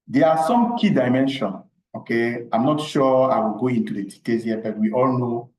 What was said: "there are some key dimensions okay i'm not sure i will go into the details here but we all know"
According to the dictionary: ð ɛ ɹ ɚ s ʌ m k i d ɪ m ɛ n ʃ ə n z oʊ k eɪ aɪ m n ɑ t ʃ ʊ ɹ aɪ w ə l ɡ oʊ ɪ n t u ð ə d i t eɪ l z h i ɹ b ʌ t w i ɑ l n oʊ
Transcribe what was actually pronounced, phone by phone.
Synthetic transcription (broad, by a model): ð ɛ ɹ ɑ s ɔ m k i d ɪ m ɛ n ʃ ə n oʊ k eɪ aɪ m n ɑ t ʃ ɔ aɪ w ə l ɡ oʊ ɪ n t u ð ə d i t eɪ z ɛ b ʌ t w i ɑ l n oʊ